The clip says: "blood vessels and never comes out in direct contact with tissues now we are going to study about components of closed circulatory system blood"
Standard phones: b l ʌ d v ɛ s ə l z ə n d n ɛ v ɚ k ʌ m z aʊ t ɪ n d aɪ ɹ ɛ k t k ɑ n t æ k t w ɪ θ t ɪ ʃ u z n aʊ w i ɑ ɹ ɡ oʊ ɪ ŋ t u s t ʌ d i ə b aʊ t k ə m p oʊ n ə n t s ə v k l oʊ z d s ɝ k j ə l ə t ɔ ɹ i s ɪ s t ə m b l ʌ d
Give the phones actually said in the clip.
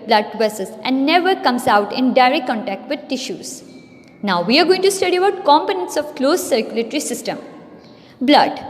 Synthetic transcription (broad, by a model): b l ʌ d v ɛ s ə z ə n d n ɛ v ɚ k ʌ m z aʊ t ɪ n d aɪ ɹ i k k ɑ n t æ k t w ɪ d t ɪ ʃ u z n aʊ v i ɑ ɹ ɡ oʊ ɪ ŋ t u s t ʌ d i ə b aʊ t k ə m p oʊ n ə n t s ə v k l oʊ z s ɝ k j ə l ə t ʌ ɹ i s ɪ s t ə m b l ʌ d